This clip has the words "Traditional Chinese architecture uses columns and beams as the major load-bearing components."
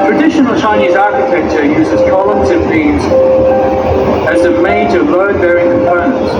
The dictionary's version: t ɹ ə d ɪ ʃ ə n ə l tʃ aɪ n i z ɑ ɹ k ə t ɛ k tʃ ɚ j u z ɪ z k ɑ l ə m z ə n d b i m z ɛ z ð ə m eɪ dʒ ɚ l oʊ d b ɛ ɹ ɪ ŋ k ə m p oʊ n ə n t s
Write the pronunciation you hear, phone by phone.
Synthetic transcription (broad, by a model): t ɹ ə d ɪ ʃ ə n ə l tʃ aɪ n i z ɑ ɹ k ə t ɛ k tʃ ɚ j u z ɪ z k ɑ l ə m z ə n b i z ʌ z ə m eɪ dʒ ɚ l oʊ d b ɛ ɹ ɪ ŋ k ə m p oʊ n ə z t